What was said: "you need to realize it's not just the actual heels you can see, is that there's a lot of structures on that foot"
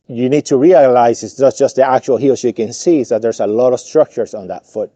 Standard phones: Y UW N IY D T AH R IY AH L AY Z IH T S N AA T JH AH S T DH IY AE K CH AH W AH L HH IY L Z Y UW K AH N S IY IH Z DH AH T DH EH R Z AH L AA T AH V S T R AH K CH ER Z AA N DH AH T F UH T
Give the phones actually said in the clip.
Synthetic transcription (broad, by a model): Y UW N IY D T AH R IY AH L AY Z IH T S N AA T JH AH S T DH IY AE K CH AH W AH L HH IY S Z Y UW K AH N S IY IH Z DH AH T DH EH R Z AH L AA T AH V S T R AH K CH ER Z N DH AH T F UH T